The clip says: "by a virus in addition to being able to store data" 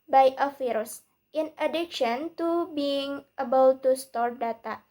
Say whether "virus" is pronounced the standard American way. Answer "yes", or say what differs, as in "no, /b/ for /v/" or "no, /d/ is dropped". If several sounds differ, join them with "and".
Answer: no, /f/ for /v/